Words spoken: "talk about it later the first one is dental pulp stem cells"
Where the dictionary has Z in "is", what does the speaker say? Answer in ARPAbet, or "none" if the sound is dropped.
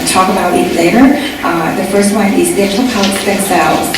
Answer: Z